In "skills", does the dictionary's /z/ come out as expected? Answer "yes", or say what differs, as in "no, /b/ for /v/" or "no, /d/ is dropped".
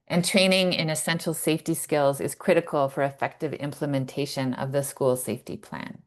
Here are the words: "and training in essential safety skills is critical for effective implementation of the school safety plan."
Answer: yes